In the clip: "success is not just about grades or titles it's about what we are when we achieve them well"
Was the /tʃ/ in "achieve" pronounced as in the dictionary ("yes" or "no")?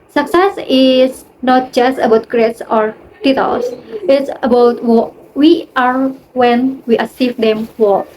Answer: no